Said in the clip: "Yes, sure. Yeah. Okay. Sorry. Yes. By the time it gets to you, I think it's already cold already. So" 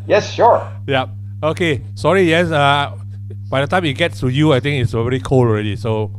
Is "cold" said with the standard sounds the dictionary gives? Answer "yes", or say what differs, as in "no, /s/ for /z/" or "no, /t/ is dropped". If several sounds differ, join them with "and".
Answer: no, /d/ is dropped